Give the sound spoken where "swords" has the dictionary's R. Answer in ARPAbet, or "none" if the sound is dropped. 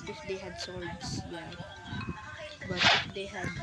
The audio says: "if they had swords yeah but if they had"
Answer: L